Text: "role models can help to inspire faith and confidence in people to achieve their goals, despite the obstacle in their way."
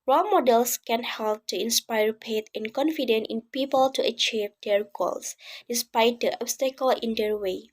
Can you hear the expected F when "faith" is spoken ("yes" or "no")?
no